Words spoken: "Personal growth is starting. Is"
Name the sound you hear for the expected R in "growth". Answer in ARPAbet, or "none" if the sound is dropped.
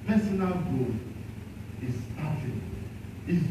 none